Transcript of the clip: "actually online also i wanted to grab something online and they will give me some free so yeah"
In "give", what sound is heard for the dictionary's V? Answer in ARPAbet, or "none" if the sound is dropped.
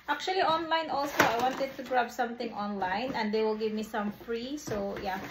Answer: V